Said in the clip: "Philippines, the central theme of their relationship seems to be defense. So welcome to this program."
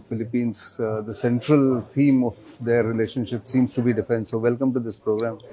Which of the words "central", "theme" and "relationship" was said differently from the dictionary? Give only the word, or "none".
theme